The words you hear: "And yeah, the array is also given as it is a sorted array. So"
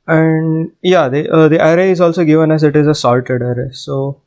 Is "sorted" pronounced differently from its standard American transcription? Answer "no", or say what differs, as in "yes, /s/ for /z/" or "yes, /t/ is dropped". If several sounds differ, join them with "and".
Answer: yes, /l/ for /ɹ/